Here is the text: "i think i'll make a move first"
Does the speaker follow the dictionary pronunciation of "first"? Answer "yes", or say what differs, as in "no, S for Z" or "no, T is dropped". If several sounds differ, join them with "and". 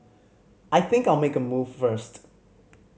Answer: yes